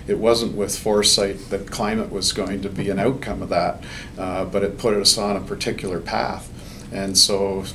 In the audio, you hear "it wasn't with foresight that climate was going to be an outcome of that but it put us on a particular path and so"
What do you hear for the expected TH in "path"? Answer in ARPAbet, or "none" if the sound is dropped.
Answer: TH